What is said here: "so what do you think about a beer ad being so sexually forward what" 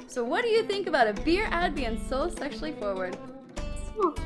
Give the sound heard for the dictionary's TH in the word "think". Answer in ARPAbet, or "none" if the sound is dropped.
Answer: TH